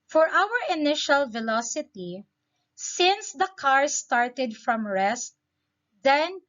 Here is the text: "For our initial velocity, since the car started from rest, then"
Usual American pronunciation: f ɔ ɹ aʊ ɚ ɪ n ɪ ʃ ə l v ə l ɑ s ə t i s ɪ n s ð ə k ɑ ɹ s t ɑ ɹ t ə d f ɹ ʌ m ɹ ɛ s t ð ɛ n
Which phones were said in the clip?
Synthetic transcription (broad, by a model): f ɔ ɹ aʊ ɚ ɪ n ɪ ʃ ə l v ə l ɑ s ə t i s ɪ n s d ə k ɑ ɹ s t ɑ ɹ t ə d f ɹ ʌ m ɹ ɛ s t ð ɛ n